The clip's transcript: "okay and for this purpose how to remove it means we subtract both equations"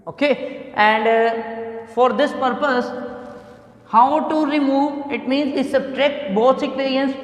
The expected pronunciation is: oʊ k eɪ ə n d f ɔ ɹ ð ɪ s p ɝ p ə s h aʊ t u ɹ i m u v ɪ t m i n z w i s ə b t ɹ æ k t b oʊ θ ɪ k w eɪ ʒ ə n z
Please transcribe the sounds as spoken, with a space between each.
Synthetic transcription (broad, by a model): oʊ k eɪ ə n d f ɔ ɹ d ɪ s p ɝ p ə s h aʊ t u ɹ i m u v ɪ t m i n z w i s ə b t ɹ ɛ k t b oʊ s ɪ k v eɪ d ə n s